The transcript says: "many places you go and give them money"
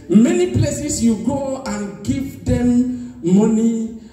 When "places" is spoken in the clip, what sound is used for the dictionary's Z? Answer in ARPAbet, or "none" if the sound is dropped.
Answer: S